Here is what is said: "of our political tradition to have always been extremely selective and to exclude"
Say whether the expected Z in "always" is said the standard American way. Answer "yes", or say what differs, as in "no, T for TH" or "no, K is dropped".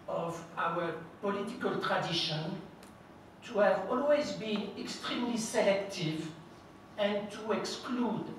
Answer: yes